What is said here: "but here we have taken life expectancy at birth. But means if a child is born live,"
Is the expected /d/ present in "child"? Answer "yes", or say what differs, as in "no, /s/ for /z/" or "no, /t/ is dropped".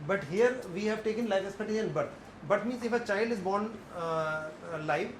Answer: yes